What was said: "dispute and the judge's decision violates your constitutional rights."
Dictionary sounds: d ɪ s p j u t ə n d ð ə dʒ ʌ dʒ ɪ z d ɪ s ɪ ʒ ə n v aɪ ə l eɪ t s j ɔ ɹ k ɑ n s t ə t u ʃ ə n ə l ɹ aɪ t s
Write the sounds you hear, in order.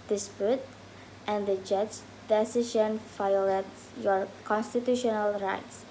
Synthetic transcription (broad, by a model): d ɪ s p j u t ə n d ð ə dʒ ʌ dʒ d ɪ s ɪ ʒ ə n f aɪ l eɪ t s j ɔ ɹ k ɑ n s t ə t u ʃ ə n ə l ɹ aɪ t s